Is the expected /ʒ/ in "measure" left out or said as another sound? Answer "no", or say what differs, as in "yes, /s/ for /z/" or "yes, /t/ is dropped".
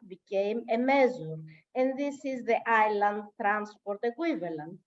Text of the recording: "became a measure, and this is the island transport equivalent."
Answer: yes, /z/ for /ʒ/